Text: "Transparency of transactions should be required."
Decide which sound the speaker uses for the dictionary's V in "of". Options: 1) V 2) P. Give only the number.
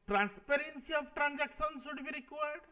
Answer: 2